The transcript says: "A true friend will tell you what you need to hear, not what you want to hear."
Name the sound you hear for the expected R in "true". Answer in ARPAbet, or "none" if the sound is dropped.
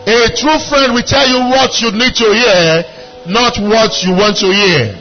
R